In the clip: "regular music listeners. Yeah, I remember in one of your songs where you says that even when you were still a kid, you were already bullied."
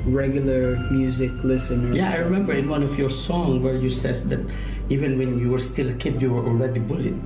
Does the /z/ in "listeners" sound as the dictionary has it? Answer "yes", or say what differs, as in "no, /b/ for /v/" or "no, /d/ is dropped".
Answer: no, /z/ is dropped